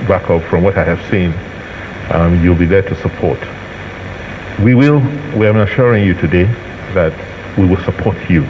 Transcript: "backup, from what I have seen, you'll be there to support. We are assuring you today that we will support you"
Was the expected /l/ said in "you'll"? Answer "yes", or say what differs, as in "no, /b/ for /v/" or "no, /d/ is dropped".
yes